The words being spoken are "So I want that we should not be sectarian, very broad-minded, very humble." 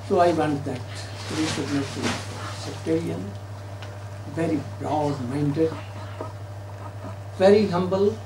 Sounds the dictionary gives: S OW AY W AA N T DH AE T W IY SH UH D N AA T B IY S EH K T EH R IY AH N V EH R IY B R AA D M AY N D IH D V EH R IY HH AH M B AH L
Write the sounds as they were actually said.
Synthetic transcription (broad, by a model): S OW AY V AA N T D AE T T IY S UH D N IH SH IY S EH K T EH R IY AH N V EH R IY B R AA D M AY N D IH D V EH R IY HH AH M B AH L